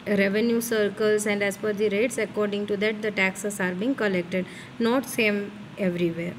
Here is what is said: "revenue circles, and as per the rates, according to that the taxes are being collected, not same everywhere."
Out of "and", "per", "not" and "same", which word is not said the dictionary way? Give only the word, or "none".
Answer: per